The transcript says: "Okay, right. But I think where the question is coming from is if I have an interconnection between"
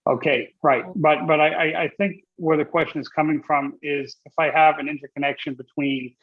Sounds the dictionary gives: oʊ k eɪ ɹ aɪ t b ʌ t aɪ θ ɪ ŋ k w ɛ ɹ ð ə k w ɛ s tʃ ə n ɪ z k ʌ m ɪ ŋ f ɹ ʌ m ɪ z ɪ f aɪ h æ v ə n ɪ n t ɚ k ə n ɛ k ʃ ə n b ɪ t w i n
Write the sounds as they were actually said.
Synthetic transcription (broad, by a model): oʊ k eɪ ɹ aɪ t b ʌ t aɪ θ ɪ ŋ k w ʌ ɹ ð ə k w ɛ s tʃ ə n ɪ z k ʌ m ɪ ŋ f ɹ ʌ m ɪ z ɪ f aɪ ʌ v ə n ɪ n t ɚ k ə n ɛ k ʃ ə n b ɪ t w i n